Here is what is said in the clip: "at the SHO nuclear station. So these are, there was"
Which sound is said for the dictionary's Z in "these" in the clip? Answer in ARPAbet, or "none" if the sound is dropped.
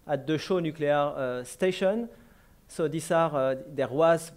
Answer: S